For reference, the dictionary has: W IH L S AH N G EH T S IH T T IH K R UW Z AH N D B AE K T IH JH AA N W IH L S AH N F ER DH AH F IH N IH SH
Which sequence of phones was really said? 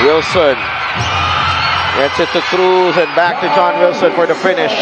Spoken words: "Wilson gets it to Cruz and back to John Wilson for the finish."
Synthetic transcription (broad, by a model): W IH L S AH N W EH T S IH T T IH K R UW Z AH N B AE K T IH JH AA N W IH L S AH N F ER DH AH F IH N IH SH